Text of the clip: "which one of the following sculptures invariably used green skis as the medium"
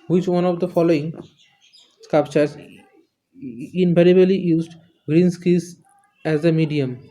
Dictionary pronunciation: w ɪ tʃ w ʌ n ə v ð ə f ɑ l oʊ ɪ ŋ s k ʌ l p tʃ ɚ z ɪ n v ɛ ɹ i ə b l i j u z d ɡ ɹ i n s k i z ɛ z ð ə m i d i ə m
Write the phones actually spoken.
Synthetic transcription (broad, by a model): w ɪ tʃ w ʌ n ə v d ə f ɑ l oʊ ɪ ŋ s k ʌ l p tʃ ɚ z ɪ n p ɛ ɹ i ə l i j u z d ɡ ɹ i n s k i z ɛ z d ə m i d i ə m